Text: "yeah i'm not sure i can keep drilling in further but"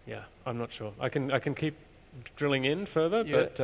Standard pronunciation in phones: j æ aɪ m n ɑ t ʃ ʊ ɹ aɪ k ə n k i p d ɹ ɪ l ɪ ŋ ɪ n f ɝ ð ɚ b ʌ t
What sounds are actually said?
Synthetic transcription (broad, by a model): j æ aɪ m n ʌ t ʃ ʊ ɹ aɪ k ə n k i p d ɹ ɪ l ɪ ŋ ɪ n f ɝ ð ɚ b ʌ t